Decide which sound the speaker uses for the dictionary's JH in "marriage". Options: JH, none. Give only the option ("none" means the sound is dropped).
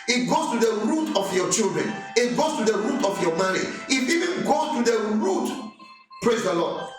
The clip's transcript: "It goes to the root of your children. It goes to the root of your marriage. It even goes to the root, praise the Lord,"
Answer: none